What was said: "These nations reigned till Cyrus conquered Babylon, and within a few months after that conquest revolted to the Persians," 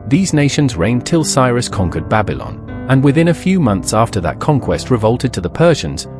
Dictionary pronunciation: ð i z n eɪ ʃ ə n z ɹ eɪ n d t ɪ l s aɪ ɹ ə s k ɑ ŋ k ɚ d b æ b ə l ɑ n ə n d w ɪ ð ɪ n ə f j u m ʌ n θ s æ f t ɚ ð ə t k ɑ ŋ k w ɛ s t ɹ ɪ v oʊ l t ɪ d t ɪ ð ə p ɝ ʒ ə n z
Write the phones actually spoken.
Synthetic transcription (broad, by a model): ð i z n eɪ ʃ ə n z ɹ eɪ n t ɪ l s aɪ ɹ ə s k ɑ ŋ k ɚ d b æ b ə l ɑ n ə n w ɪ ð ɪ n ə f j u m ʌ n θ s æ f t ɚ ð ə t k ɑ ŋ k w ɛ s t ɹ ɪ v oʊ l t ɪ d t ɪ ð ə p ɝ ʒ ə n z